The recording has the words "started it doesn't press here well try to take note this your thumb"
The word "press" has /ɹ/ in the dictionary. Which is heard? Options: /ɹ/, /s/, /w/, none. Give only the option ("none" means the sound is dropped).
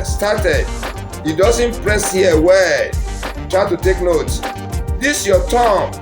/ɹ/